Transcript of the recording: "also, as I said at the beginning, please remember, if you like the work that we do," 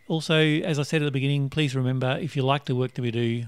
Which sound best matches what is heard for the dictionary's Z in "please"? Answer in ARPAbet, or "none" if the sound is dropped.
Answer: Z